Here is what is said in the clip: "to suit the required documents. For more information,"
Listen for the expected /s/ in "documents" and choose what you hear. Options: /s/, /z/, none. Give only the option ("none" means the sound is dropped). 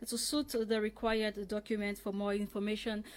none